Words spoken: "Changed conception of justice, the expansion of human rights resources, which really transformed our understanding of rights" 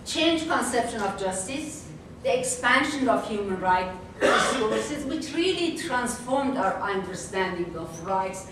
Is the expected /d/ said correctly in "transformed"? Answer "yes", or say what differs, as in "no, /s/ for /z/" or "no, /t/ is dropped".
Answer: yes